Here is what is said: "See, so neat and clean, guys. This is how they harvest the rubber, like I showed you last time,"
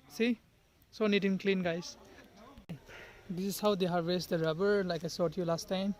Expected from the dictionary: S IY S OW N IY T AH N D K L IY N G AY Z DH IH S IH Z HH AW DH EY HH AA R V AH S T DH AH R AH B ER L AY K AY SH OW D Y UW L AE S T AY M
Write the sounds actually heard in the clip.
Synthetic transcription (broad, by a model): S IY S OW N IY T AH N K L IY N G AY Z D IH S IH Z HH AW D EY HH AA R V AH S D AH R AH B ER L AY K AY S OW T Y UW L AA S T AY M